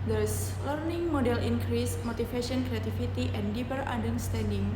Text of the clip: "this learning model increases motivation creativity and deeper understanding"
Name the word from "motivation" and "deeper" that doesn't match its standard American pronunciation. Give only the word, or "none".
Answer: motivation